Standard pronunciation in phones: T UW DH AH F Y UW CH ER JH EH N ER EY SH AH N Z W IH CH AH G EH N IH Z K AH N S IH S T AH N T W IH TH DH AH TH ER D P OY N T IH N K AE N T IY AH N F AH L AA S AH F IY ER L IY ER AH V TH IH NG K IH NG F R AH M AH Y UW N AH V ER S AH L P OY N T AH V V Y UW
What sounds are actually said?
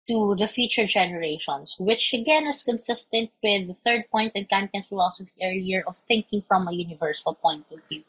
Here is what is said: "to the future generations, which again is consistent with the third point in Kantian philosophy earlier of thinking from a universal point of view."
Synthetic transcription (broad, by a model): T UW DH AH F Y UW CH ER JH EH N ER EY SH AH N S W IH CH AH G EH N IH S K AH N S IH S T AH N T W IH DH AH TH ER D P OY N T IH N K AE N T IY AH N F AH L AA S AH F IY ER IY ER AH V TH IH NG K IH NG F R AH M AH Y UW N AH V ER S AH L P OY N T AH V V Y UW